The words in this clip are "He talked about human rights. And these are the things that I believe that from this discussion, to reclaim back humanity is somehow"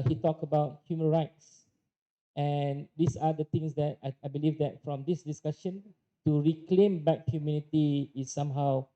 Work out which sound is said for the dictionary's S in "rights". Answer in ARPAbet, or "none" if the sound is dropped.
S